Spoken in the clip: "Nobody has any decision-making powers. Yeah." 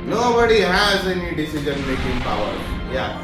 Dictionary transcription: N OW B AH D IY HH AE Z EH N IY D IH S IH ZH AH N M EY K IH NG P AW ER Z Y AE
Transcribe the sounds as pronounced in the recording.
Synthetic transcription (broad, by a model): N OW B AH D IY HH AE Z EH N IY D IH S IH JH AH N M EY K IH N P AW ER Y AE